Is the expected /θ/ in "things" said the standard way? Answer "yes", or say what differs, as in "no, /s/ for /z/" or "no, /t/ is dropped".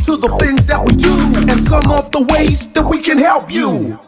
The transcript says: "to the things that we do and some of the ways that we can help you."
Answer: yes